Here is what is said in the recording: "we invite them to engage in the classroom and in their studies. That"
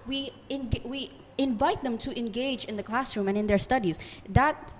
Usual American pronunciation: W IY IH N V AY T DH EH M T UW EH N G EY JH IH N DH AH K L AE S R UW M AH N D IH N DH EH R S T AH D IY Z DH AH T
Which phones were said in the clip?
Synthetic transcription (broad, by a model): W IY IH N V AY T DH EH M T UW EH N G EY JH IH N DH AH K L AE S R UW M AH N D IH N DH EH R S T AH D IY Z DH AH T